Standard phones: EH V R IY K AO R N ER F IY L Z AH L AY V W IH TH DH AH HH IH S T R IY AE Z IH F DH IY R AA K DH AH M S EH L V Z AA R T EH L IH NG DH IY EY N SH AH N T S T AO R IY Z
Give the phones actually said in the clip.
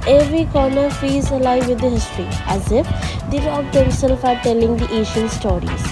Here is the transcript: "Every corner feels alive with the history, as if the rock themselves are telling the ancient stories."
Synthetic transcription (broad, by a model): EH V R IY K AO R N ER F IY Z AH L AY V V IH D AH HH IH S T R IY AE Z IH F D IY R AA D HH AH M S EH L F AA R T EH L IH NG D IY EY SH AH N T S T AO R IY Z